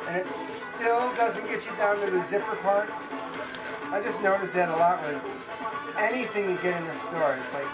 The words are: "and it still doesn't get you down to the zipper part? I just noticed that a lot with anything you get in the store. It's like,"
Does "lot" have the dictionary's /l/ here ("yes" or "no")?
yes